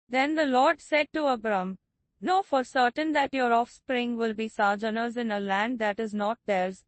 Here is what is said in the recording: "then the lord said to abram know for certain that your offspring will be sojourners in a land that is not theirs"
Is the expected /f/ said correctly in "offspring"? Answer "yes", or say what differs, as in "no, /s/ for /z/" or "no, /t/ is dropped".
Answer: yes